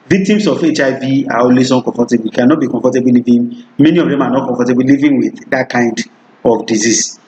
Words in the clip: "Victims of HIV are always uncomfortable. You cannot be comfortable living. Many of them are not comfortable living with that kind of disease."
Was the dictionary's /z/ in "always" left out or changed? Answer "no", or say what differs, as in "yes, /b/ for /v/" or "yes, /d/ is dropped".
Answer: yes, /s/ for /z/